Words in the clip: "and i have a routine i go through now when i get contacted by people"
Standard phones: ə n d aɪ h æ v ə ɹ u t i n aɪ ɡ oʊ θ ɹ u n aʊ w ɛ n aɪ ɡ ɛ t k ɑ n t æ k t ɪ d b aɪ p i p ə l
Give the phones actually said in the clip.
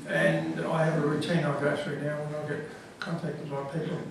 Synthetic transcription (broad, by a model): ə n aɪ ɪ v ə ɹ u t i n aɪ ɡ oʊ t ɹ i n aʊ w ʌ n aɪ ɡ ɛ t k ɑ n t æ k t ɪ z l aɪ p i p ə l